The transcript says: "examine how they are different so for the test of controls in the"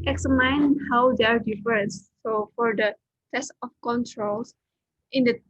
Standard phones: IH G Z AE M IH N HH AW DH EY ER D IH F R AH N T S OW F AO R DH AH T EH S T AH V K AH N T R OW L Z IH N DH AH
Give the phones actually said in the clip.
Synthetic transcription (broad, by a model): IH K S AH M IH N HH AW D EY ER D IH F AH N S OW F AO R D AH T EH S T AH F K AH N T R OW L S IH N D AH